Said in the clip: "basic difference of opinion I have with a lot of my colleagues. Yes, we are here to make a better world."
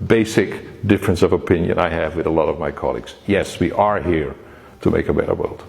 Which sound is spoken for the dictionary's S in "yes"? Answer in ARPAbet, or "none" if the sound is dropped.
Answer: S